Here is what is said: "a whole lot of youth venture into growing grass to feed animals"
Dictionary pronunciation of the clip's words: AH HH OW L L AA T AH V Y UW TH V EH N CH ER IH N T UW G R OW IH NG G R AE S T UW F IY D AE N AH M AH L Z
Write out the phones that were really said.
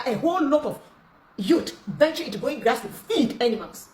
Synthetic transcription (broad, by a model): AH HH OW L L AA T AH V Y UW T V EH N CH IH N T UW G OW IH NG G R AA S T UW F IY D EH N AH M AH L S